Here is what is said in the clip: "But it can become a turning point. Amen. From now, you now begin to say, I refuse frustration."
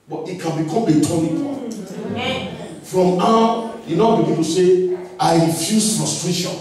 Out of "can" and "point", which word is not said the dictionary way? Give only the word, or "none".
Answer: point